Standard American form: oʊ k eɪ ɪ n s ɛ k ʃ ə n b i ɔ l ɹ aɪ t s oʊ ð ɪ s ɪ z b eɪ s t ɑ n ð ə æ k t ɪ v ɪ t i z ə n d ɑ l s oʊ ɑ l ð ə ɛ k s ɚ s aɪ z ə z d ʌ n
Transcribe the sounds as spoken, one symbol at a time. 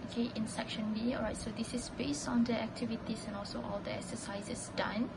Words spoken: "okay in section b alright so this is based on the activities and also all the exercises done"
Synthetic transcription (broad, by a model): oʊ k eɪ ɪ n s ɛ k ʃ ə n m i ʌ ɹ aɪ t s oʊ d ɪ s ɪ s b eɪ s t ɑ n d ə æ k t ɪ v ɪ t i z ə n ɑ l s oʊ ɑ l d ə ɛ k s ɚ s aɪ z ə s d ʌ n